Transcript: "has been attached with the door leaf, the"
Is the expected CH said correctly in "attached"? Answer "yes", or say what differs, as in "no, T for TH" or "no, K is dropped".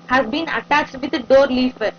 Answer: yes